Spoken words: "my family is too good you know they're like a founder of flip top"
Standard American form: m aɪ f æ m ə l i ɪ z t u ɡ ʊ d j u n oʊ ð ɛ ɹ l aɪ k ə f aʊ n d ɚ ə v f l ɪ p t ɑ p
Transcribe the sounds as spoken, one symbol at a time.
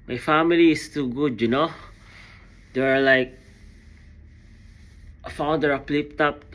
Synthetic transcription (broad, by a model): m aɪ f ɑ m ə l i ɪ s t u ɡ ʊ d j u n oʊ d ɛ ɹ l aɪ k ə f aʊ n d ɚ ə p l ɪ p t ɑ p